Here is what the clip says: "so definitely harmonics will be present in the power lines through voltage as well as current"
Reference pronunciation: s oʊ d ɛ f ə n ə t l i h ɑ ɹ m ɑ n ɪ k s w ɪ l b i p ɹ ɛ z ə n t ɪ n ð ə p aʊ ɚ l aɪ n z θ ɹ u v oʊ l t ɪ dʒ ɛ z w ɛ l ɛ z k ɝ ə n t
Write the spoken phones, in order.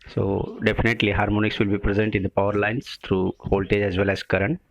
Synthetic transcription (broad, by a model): s oʊ d ɛ f ə n ə t l i h ɑ ɹ m ɑ n ɪ k s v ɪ l b i p ɹ ɛ z ə n t ɪ n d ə p aʊ ɚ l aɪ n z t ɹ u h oʊ l t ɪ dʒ ɛ z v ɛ l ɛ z k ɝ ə n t